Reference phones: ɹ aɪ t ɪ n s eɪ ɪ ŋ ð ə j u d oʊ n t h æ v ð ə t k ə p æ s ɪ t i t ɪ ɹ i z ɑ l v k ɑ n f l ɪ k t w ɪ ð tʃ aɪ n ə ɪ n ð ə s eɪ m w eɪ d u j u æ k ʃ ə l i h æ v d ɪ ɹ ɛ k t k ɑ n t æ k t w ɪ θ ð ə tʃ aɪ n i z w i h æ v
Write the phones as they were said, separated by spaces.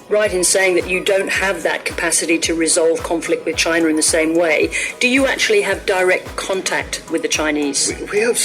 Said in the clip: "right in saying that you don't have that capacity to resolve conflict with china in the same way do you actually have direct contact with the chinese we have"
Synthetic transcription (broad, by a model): ɹ aɪ t ɪ n s eɪ ɪ ŋ ð ə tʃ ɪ d oʊ n t h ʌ v ð ə t k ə p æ s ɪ t i t ɪ ɹ i z ɑ l v k ɑ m f l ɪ k t w ɪ ð tʃ aɪ n ə ɪ n ð ə s eɪ m w eɪ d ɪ j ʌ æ k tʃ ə l i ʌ v d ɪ ɹ ɛ k t k ɑ n t æ k t w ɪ ð ə tʃ aɪ n i z w i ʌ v